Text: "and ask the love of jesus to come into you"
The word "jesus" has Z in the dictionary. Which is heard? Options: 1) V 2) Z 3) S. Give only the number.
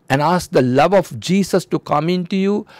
3